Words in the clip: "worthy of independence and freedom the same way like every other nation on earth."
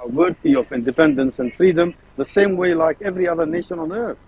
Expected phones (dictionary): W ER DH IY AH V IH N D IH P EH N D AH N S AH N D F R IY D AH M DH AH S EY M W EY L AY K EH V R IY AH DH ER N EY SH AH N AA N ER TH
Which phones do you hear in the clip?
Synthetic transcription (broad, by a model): W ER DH IY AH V IH N D IH P EH N D AH N S AH N D F R IY D AH M DH AH S EY M W EY L AY K EH V R IY AH DH ER N EY SH AH N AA N ER TH